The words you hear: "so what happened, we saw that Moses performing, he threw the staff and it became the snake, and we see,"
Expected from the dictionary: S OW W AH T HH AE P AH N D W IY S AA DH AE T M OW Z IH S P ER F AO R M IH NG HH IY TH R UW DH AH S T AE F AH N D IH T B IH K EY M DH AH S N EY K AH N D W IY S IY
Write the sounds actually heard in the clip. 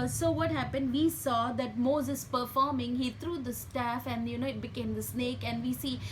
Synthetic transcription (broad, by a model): S OW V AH T HH AE P AH N D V IY S AA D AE T M OW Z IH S P ER F AO R M IH NG HH IY T R UW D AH S T AE F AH N D IH T B IH K EY M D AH S N EY K AH N D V IY S IY